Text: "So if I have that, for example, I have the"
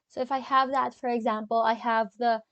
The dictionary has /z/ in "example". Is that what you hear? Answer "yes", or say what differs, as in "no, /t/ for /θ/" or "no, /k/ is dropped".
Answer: yes